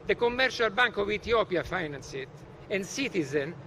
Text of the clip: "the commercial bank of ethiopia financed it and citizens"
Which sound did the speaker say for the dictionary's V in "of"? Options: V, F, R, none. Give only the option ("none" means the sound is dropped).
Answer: V